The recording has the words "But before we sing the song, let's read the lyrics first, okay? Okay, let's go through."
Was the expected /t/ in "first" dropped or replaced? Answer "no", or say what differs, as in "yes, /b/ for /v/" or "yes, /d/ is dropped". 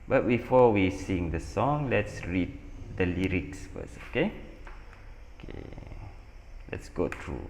yes, /t/ is dropped